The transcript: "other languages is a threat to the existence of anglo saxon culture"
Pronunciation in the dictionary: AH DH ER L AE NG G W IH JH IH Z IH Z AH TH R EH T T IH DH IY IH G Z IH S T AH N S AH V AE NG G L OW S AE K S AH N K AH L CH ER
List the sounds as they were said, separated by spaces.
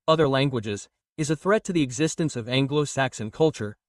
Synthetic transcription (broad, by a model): AH DH ER L AE NG G W IH JH IH Z IH Z AH TH R EH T T IH DH IY IH G Z IH S T AH N S AH V AE NG G L OW S AE K S AH N K AH L CH ER